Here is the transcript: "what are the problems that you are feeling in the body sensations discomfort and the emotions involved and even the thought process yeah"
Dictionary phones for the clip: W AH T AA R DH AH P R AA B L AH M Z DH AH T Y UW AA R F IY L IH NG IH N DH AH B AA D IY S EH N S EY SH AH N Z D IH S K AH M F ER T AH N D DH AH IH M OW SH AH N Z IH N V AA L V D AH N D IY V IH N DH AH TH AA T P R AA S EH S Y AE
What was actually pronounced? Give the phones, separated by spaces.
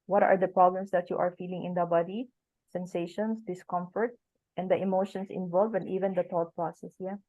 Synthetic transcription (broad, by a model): W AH T AA R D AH P R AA B L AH M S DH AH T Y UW AA R F IY L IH NG IH N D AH B AA D IY S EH N S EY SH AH N S D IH S K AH M F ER T AH N D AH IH M OW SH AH N S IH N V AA L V AH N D IY V IH N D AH T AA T P R AA S EH S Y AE